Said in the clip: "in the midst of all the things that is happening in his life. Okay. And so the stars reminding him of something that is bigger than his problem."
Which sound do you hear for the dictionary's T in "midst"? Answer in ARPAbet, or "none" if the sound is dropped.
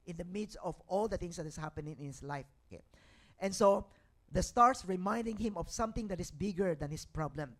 T